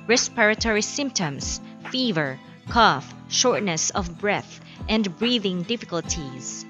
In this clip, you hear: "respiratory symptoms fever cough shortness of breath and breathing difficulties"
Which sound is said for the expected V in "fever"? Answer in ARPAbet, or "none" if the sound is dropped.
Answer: V